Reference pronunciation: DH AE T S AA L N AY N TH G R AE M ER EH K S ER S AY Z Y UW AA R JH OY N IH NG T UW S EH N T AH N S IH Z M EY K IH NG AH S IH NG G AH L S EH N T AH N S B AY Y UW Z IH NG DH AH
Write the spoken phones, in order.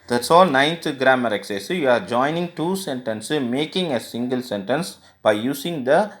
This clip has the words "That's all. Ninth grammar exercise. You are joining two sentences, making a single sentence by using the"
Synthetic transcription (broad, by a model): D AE T S AA L N AY N T G R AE M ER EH K S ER S Y UW AA R JH OY N IH NG T UW S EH N T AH N S M EY K IH NG AH S IH NG G AH L S EH N T AH N S B AY Y UW S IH NG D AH